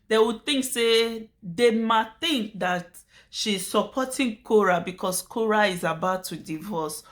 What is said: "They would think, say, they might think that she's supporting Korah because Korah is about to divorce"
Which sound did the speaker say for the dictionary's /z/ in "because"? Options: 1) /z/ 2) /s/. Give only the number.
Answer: 2